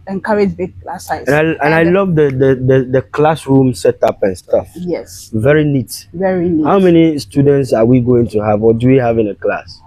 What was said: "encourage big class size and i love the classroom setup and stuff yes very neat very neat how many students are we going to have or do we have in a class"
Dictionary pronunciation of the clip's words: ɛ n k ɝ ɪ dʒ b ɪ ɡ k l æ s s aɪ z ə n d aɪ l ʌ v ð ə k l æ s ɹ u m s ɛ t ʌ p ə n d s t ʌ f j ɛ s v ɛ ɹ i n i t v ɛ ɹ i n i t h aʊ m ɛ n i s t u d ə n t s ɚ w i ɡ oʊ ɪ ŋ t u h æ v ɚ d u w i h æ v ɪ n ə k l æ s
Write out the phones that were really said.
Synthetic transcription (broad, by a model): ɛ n k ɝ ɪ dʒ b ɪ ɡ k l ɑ s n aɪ ə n aɪ l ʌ v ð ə k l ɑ s ɹ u m s ɛ t ʌ p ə n s t ʌ f j ɛ s v ɛ ɹ i n i t v ɛ ɹ i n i h aʊ m ɛ n i s t u d ə n t s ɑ w i ɡ oʊ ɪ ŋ t u h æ v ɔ d u w i h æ v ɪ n ə k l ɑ s